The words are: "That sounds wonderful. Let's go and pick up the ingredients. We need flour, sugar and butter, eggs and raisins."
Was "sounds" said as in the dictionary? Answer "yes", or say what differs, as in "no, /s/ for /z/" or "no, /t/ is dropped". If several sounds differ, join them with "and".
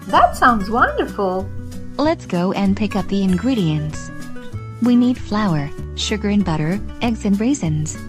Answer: yes